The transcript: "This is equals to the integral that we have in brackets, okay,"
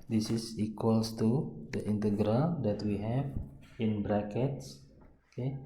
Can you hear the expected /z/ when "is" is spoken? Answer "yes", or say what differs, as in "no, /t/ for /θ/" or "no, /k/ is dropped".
no, /s/ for /z/